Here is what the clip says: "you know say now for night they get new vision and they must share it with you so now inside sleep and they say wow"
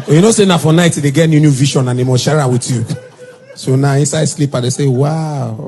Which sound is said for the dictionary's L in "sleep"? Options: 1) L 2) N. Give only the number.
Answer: 1